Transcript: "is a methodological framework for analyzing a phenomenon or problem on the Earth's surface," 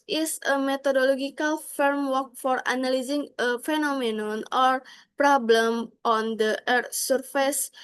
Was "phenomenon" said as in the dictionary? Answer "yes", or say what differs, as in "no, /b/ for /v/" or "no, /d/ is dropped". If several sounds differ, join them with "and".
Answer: yes